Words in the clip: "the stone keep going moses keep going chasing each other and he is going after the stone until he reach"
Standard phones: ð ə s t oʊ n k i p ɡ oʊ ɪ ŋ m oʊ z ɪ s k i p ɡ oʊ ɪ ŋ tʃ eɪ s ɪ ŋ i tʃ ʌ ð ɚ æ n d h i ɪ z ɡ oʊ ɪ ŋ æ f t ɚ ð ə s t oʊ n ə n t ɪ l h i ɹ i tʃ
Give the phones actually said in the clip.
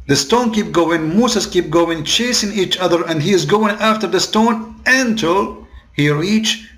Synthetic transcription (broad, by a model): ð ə s t oʊ n k i p ɡ oʊ ɪ ŋ m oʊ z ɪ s k i p ɡ oʊ ɪ ŋ tʃ eɪ s ɪ ŋ i tʃ ʌ ð ɚ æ n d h i ɪ z ɡ oʊ ɪ ŋ æ f t ɚ ð ə s t oʊ n ə n t ɪ l h i ɹ i tʃ